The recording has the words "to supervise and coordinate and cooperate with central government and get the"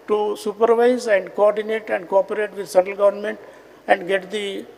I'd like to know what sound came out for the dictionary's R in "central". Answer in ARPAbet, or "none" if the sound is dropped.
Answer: none